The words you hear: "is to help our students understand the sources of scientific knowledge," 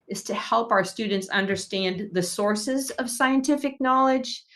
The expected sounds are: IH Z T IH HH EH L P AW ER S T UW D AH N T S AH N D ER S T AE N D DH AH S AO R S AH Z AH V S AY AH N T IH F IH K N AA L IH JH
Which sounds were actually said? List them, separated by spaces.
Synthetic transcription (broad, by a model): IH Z T IH HH EH L P AW ER S T UW D N T S AH N D ER S T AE N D DH AH S AO R S AH Z AH V S AY AH N T IH F IH K N AA L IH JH